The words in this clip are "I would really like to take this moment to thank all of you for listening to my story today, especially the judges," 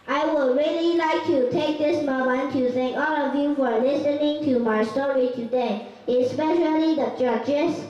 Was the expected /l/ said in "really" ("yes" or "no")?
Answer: yes